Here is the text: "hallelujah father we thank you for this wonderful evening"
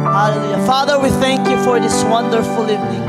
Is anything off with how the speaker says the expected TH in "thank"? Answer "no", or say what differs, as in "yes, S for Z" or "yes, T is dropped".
no